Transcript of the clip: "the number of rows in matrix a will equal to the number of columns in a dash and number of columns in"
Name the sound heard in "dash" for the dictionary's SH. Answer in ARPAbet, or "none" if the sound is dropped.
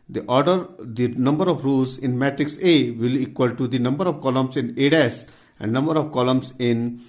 S